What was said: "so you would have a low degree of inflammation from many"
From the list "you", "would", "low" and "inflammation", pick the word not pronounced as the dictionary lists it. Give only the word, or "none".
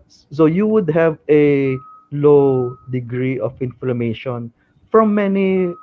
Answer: none